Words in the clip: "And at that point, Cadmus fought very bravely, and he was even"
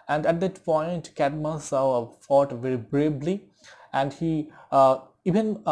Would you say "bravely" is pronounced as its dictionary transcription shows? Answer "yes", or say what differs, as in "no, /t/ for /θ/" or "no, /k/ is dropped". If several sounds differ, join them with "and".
no, /b/ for /v/